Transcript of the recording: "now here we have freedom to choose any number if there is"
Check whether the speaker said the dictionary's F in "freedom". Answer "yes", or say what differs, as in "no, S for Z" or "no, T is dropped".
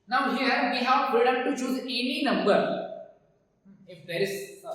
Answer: no, P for F